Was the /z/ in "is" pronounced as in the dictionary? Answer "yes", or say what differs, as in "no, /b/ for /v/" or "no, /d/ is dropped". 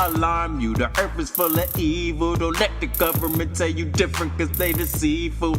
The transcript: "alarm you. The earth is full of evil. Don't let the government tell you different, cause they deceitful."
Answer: no, /s/ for /z/